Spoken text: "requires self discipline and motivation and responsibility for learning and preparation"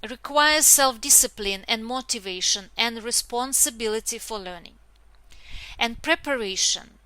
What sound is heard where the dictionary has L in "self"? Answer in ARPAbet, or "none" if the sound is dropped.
L